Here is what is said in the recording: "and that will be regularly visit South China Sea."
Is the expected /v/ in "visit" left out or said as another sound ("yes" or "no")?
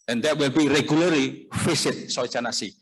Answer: yes